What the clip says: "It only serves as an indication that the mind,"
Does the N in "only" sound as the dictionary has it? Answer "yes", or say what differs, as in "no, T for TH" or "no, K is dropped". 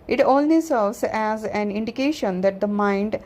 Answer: no, L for N